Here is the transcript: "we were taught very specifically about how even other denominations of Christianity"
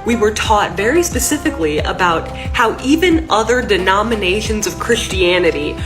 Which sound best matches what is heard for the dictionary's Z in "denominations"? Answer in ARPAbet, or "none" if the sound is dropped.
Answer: Z